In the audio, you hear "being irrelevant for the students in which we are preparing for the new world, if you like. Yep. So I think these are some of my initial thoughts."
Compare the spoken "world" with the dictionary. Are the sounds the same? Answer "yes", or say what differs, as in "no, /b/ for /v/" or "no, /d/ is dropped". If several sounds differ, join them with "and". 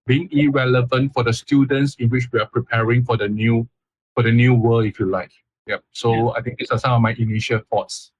no, /d/ is dropped